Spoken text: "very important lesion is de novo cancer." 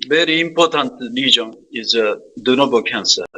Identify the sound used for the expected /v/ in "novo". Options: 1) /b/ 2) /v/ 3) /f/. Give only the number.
1